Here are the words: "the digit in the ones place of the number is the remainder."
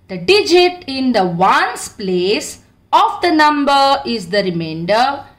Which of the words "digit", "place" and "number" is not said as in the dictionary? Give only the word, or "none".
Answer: none